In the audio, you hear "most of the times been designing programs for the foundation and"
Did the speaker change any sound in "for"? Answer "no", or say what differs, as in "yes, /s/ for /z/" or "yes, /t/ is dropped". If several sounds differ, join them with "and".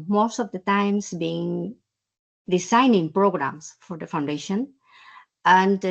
no